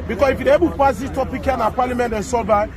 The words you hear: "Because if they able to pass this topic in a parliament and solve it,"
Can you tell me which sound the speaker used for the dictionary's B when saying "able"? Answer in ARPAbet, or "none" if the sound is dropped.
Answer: none